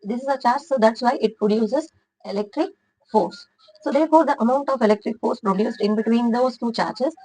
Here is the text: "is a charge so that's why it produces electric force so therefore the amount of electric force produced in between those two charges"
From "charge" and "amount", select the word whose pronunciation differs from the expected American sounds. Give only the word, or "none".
charge